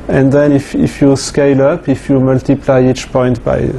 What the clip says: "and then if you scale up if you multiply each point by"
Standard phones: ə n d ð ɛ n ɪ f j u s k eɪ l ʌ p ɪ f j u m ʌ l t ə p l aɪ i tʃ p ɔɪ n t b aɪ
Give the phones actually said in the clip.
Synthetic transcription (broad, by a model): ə n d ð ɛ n ɪ f j u s k eɪ l ʌ p ɪ f j u m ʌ l t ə p l aɪ i tʃ p ɔɪ n t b aɪ